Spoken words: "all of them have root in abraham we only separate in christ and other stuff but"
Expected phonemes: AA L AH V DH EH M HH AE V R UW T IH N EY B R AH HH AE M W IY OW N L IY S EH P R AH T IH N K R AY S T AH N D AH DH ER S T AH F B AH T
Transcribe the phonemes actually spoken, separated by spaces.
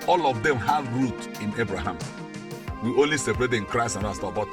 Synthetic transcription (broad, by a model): AA L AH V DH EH M HH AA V R UW T IH N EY B R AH HH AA M W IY OW N L IY S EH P R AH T IH N K R AY S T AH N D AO AA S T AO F B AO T